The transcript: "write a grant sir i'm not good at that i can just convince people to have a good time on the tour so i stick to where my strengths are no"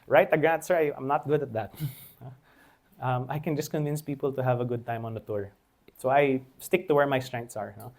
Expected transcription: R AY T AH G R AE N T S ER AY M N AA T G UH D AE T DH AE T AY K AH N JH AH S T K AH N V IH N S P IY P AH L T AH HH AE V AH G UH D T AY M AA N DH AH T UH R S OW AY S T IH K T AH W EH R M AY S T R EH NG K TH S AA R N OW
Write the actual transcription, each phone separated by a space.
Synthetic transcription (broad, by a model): R AY T AH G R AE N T S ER AY M N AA T G UH D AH T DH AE T AY K AH N JH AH S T K AH N V IH N S P IY P AH L T AH HH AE V AH G UH D T AY M AA N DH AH T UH R S OW AY S T IH K T AH W EH R M AY S T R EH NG K T S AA R N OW